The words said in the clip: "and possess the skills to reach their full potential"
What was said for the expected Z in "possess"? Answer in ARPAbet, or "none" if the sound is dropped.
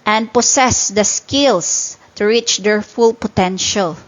S